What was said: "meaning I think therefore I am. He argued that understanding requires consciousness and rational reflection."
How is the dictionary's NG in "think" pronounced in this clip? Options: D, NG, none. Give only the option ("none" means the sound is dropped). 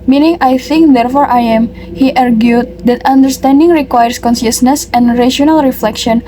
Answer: NG